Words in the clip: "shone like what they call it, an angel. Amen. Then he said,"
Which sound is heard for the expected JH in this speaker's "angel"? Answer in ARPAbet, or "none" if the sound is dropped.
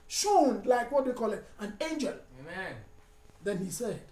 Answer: JH